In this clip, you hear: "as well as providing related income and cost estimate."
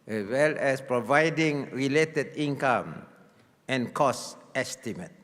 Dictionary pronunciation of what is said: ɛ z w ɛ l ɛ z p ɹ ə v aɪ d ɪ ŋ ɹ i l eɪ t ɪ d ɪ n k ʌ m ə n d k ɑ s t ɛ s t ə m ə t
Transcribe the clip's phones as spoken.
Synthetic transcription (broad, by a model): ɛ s w ɛ l ɛ s p ɹ ə v aɪ d ɪ ŋ ɹ i l eɪ t ɪ d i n k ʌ m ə n k ɑ s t ɛ s t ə m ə t